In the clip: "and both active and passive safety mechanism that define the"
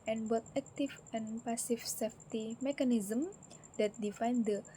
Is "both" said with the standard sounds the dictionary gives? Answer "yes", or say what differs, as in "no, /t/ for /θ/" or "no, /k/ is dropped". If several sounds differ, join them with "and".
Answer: no, /t/ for /θ/